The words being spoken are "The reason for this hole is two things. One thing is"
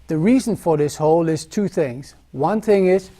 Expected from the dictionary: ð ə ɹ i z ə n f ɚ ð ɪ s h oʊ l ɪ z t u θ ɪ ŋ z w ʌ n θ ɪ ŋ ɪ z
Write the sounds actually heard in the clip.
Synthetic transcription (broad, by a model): ð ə ɹ i z ə n f ɚ ð ɪ s h oʊ l ɪ z t u θ ɪ ŋ z w ʌ n θ ɪ ŋ ɪ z